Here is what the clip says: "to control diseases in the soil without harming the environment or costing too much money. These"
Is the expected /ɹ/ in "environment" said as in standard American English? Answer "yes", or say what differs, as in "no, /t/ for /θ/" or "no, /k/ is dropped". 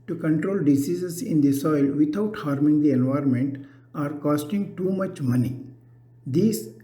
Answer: yes